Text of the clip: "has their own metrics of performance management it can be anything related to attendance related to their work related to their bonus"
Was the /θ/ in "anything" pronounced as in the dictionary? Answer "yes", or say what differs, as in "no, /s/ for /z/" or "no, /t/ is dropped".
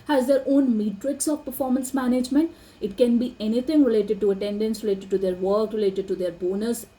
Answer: no, /t/ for /θ/